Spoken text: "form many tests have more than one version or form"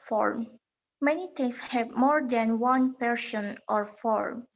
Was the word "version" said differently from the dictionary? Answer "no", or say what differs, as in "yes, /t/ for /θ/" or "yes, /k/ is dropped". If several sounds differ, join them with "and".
yes, /p/ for /v/ and /ʃ/ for /ʒ/